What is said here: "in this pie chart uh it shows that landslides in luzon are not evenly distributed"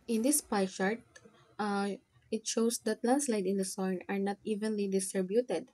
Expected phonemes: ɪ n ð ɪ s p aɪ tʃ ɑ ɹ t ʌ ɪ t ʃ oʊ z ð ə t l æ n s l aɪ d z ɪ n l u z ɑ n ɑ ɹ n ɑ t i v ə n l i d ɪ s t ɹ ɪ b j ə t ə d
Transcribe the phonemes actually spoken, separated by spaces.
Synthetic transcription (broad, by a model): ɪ n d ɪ s p aɪ ʃ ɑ ɹ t ɪ t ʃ oʊ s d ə t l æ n s l aɪ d ɪ n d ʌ s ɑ n ɑ ɹ n ɑ t i v ə n l i d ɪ s t ɹ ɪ b j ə t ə d